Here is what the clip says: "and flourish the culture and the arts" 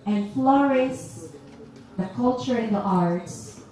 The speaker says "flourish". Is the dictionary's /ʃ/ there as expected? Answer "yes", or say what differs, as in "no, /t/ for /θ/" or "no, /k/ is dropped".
no, /s/ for /ʃ/